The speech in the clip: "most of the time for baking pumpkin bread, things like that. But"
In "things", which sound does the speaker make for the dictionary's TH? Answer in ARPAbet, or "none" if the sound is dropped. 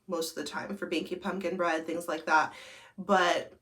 TH